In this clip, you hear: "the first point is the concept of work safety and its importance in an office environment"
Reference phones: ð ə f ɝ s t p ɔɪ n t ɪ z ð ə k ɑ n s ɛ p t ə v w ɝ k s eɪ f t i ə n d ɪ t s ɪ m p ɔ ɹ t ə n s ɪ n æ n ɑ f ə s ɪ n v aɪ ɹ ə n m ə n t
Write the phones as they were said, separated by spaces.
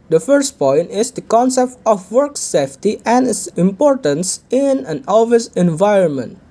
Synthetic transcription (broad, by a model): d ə f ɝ s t p ɔɪ n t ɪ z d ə k ɑ n s ɛ p t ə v w ɝ k s eɪ f t i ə n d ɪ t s ɪ m p ɔ ɹ t ə n s ɪ n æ n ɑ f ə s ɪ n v aɪ ɹ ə n m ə n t